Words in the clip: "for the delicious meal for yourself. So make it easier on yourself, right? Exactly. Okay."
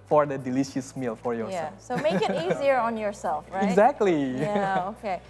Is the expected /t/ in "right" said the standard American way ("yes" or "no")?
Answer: no